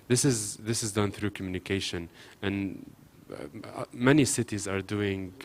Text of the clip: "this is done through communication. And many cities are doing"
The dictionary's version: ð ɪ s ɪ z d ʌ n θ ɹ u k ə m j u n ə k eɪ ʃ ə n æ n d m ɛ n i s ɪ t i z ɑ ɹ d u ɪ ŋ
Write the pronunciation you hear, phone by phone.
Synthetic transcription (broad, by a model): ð ɪ s ɪ z d ʌ n θ ɹ u k ə m j u n ə k eɪ ʃ ə n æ n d m ɛ n i s ɪ t i z ɑ ɹ d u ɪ ŋ